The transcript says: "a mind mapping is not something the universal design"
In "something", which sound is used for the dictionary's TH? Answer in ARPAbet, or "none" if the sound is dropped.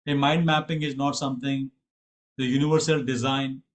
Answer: T